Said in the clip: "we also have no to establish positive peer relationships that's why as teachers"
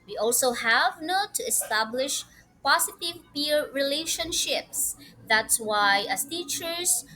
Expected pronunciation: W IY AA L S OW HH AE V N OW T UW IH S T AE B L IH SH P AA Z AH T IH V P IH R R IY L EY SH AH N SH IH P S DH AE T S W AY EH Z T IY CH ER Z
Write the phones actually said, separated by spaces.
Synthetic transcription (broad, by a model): W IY AA L S OW HH AE V N OW T UW IH S T AE B L IH SH P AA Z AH T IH V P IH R R IY L EY SH AH N SH IH P S DH AE T S W AY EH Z T IY CH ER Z